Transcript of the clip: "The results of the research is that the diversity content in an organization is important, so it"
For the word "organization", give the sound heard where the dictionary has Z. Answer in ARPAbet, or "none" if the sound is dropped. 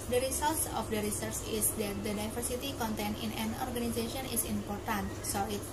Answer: S